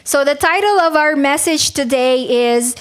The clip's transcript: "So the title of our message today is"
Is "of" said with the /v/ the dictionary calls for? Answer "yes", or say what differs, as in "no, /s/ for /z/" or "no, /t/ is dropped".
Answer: yes